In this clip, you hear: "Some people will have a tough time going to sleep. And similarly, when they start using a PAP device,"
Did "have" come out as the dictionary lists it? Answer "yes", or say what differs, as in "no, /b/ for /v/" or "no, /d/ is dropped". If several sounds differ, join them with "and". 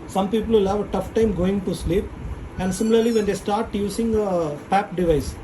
yes